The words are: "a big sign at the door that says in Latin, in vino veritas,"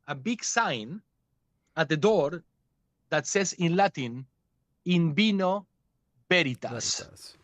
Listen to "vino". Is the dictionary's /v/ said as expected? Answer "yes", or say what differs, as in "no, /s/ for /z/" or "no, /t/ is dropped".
no, /b/ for /v/